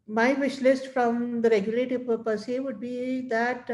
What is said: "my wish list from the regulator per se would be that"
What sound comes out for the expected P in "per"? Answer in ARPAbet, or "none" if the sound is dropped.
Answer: P